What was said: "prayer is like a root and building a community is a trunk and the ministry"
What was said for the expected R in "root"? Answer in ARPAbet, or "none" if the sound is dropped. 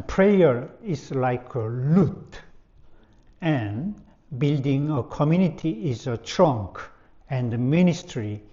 L